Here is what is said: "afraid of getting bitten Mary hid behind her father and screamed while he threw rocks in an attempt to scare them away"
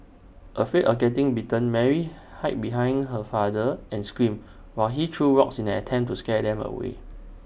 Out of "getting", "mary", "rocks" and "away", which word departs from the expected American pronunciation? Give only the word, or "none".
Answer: rocks